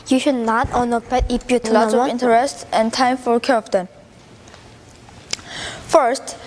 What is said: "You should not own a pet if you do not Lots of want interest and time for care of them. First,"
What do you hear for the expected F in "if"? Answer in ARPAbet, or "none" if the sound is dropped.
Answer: P